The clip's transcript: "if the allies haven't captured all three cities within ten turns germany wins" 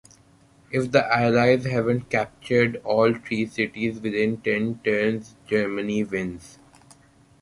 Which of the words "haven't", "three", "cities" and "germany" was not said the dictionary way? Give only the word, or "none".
three